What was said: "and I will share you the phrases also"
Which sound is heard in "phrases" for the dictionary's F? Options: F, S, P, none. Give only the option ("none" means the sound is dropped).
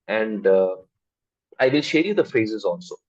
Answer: F